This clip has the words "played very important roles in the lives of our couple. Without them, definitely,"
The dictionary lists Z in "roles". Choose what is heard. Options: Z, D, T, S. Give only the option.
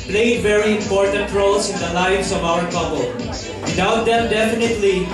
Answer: S